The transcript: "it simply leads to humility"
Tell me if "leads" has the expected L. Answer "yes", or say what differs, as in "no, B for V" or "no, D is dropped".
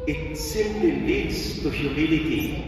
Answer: yes